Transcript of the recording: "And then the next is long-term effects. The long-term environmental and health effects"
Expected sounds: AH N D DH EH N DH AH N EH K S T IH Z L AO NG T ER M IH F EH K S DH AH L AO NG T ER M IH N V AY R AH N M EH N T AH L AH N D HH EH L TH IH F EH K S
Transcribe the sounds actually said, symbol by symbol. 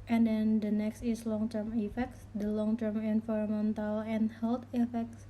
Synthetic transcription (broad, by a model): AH N D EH N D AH N EH K S T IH S L AO NG T ER M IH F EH K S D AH L AO NG T ER M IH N F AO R M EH N T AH L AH N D HH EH L T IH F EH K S